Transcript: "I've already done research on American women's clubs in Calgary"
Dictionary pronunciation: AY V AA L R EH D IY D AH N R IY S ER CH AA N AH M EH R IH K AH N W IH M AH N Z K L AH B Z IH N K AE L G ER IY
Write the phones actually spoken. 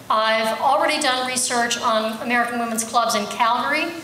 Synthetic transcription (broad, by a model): AY V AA L R EH D IY D AH N R IY S ER CH N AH M EH R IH K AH N W IH M AH N Z K L AH B Z IH N K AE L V ER IY